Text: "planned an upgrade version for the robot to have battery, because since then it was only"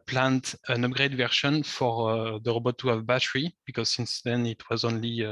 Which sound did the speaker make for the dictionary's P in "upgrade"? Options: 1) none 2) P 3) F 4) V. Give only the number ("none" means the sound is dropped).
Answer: 2